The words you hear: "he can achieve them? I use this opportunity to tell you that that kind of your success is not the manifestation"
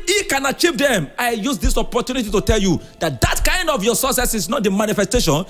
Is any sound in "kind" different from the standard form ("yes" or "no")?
no